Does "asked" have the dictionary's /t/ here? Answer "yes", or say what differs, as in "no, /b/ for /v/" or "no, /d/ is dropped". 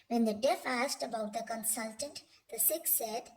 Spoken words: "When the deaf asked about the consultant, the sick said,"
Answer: yes